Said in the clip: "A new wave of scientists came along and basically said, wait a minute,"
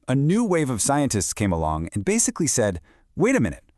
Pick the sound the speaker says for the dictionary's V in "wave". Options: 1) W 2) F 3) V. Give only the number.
3